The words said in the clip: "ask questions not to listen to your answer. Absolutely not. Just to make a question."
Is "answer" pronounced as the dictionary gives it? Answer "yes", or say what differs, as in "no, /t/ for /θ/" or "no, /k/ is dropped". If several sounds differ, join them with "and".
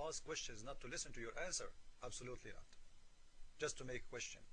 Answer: yes